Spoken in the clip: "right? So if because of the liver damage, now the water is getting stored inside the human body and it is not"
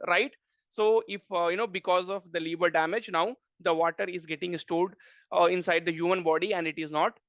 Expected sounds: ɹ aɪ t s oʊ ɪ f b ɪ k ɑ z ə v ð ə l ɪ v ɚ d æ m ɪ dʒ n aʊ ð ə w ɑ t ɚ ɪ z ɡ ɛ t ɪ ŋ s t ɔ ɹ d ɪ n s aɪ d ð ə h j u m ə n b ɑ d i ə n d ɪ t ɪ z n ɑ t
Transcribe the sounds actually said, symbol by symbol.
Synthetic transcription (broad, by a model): ɹ aɪ t s oʊ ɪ f b ɪ k ɑ z ə v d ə l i b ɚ d æ m ɪ dʒ n aʊ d ə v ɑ t ɚ ɪ z ɡ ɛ t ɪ ŋ s t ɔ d ɪ n s aɪ d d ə h j u m ə n b ɑ d i ə n d ɪ t ɪ z n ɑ t